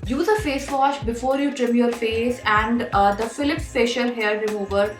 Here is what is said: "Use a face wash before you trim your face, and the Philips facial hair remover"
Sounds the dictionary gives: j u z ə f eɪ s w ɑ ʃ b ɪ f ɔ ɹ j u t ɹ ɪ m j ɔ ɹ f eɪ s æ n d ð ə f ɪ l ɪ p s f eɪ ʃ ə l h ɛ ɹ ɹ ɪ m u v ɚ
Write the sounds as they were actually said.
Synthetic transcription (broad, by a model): j u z ə f eɪ s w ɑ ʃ b ɪ f ɔ ɹ j u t ɹ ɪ m j ɔ ɹ f eɪ s æ n d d ə f ɪ l ɪ p s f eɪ ʃ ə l h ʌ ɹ ɹ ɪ m u v ɚ